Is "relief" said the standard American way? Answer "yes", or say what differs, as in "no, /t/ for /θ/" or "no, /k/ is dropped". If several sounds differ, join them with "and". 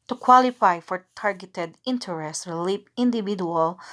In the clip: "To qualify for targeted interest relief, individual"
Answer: no, /p/ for /f/